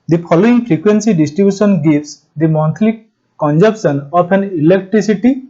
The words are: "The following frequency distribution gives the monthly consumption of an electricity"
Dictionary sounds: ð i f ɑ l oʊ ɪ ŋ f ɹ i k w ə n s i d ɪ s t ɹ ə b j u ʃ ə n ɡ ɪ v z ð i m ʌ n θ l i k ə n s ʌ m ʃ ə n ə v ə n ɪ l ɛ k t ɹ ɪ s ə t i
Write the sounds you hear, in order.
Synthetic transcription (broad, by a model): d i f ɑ l oʊ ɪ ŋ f ɹ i k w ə n s i d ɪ s t ɹ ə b j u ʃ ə n ɡ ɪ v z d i m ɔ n t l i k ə n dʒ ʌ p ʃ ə n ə p ə n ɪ l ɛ k t ɹ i s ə t i